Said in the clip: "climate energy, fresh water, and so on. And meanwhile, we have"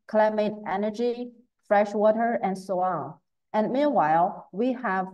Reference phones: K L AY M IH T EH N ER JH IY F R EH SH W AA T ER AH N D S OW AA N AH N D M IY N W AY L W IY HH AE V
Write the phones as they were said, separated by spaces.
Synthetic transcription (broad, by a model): K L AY M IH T EH N ER JH IY F R EH SH W AA T ER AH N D S OW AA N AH N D M IY N W AY L W IY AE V